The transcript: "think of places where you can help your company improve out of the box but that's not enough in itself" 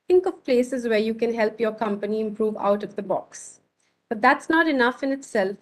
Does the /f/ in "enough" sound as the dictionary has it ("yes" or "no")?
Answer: yes